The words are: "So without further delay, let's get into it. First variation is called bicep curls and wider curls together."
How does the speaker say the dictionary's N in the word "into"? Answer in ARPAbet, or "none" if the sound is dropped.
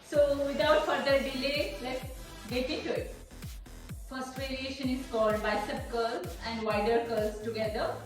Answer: none